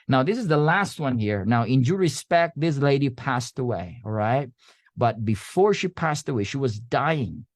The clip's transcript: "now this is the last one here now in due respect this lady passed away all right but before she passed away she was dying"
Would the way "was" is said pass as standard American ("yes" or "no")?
yes